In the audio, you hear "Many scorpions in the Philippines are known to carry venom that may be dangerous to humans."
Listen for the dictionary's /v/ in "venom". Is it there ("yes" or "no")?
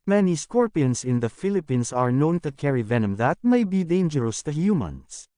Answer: yes